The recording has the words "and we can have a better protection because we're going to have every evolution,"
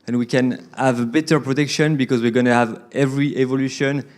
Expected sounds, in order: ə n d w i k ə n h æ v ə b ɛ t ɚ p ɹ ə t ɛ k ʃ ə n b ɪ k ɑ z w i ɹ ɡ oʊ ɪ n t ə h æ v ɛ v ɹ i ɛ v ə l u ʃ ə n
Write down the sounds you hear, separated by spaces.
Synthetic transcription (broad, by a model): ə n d w i k ə n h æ v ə b ɛ t ɚ p ɹ ə t ɛ k ʃ ə n b ɪ k ɑ z w i ɹ ɡ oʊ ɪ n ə h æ v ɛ v ɹ i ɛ v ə l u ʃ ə n